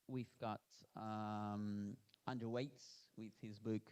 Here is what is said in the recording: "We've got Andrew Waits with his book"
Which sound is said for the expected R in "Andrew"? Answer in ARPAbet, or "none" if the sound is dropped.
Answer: none